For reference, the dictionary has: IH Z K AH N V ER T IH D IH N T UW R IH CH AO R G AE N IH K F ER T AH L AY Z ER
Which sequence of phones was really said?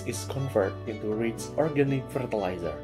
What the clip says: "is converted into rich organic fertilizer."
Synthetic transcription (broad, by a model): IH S K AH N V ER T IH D IH N T UW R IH S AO R G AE N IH K F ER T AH L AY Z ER